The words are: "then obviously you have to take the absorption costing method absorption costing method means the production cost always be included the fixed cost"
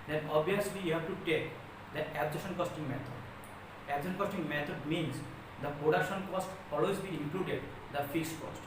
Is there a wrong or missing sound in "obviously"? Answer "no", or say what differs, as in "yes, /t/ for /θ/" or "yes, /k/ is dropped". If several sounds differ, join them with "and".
yes, /v/ is dropped